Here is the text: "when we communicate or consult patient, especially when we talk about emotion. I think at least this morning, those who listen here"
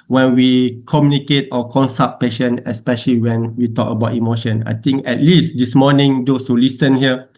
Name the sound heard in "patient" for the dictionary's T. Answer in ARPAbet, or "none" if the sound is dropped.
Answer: none